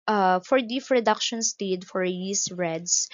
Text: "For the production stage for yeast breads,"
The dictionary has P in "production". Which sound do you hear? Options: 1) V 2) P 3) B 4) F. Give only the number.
4